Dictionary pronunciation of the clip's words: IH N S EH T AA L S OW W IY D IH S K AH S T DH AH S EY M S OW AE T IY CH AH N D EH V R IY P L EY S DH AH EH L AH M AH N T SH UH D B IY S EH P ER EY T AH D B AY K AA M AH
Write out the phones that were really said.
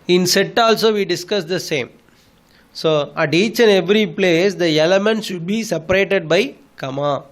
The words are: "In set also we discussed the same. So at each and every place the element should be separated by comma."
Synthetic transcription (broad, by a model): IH N S EH T AA L S OW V IY D IH S K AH S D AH S EY M S OW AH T IY CH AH N EH V R IY P L EY S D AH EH L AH M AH N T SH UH D B IY S EH P ER EY T AH D B AY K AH M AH